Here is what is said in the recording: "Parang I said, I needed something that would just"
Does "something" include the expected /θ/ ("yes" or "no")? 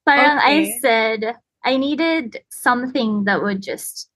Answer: yes